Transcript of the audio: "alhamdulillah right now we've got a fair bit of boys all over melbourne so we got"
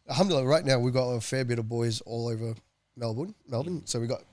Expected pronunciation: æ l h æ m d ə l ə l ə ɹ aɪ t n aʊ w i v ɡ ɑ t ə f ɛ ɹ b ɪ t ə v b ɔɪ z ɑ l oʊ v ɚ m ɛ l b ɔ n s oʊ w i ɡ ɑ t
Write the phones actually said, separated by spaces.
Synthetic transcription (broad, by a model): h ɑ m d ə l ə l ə ɹ aɪ t n aʊ w i ɡ ɑ t ə f ɛ ɹ b ɪ t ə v b ɔɪ z ɑ l oʊ v ɚ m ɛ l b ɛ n s oʊ w i ɡ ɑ t